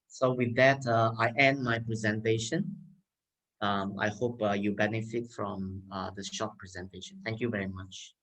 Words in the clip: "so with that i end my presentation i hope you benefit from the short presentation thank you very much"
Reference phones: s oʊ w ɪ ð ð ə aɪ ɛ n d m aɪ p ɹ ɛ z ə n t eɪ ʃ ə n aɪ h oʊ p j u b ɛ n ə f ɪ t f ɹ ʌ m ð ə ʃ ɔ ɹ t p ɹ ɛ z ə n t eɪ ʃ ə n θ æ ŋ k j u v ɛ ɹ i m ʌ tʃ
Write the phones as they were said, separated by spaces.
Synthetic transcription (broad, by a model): s oʊ w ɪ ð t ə aɪ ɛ n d m aɪ p ɹ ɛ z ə n t eɪ ʃ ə n aɪ h oʊ p j u b ɛ n ə f ɪ t f ɹ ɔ m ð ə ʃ ɔ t p ɹ ɛ z ə n t eɪ ʃ ə n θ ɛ ŋ k j u v ɛ ɹ i m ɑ tʃ